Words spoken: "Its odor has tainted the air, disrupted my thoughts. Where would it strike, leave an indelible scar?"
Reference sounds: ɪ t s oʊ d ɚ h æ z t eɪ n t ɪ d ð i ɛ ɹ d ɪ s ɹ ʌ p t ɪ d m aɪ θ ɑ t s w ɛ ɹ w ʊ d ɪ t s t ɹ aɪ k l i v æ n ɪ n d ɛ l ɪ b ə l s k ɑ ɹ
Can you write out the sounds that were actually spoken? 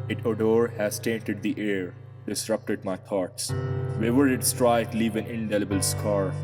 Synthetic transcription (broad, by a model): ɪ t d oʊ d h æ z t eɪ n t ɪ d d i ɛ ɹ d ɪ s ɹ ʌ p t ɪ d m aɪ t ɑ t s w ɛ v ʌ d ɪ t s t ɹ aɪ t l i v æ n ɪ n d ɛ l ɪ b ə l s k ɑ ɹ